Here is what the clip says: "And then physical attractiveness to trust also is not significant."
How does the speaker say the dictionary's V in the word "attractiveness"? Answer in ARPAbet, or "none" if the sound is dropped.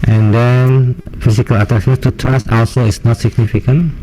none